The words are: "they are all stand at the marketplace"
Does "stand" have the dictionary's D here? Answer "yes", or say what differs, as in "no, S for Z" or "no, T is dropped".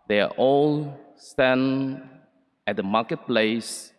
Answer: no, D is dropped